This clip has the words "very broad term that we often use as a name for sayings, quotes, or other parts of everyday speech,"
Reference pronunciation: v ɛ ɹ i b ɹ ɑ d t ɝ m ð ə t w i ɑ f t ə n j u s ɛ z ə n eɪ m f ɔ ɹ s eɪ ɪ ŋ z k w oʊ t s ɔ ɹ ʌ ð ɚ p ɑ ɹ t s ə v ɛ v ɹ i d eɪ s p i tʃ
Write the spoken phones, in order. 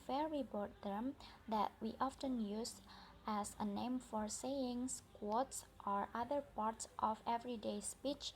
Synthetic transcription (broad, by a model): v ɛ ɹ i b ɑ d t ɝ m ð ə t w i ɑ f t ə n j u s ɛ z ə n eɪ m f ɔ ɹ s eɪ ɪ ŋ s k w oʊ t s ɔ ɹ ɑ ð ɚ p ɑ ɹ t s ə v ɛ v ɹ i d eɪ s p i tʃ